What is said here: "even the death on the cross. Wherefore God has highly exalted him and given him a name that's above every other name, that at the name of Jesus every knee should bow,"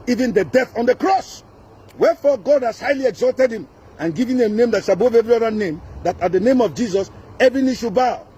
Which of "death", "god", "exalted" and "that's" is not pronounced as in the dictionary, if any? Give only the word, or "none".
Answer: that's